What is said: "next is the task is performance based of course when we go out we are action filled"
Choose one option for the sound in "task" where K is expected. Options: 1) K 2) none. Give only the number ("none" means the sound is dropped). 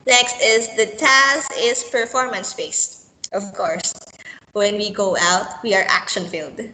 2